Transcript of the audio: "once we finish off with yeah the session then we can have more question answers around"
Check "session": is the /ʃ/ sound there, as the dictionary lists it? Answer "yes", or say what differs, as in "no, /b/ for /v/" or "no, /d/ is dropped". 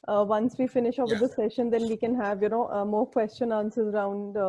yes